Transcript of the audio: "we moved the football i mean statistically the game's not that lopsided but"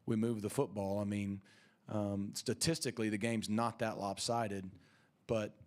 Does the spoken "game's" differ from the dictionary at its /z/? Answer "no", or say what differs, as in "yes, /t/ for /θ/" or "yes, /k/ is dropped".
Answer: no